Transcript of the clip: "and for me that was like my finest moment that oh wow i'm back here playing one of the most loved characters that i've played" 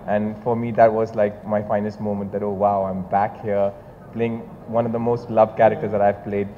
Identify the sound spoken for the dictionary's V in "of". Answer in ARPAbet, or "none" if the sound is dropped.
V